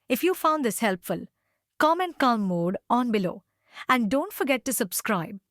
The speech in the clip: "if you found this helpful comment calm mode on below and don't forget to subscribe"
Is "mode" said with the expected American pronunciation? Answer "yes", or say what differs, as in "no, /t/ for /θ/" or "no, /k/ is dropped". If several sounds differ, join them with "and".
yes